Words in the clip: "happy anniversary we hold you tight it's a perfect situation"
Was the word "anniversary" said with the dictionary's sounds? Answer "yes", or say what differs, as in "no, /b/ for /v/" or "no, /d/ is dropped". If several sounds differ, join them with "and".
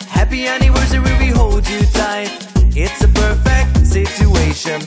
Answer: no, /w/ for /v/